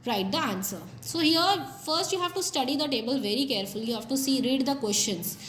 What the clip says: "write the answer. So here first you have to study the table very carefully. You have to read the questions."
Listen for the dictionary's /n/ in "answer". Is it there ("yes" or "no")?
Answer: yes